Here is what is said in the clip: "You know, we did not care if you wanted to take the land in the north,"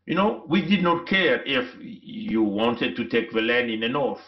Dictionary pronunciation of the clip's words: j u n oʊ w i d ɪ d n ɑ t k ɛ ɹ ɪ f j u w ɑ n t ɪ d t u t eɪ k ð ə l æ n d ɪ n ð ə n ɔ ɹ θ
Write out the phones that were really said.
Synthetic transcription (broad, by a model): j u n oʊ w i d ɪ d n ɑ t k ɛ ɹ ɪ f j u w ɑ n t ɪ d t u t eɪ k ð ə l æ n d ɪ n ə n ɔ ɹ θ